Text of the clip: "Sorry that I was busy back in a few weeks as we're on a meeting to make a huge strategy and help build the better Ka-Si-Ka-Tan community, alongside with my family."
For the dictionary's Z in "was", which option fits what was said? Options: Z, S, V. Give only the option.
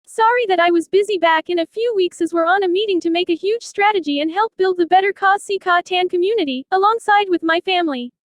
Z